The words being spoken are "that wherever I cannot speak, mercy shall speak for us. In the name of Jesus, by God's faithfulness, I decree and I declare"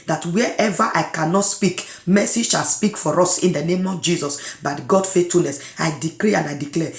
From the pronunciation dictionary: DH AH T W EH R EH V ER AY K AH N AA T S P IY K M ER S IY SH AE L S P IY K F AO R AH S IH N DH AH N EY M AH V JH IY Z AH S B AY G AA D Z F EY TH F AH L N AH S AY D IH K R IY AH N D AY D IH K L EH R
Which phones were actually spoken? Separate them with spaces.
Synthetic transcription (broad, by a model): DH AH T W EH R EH V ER AY K AH N AA T S P IY K M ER S IY SH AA L S P IY K F AO R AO S IH N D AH N EY M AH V JH IY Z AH S B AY G AA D F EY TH F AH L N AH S AY D IH K R IY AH N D AY D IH K L EH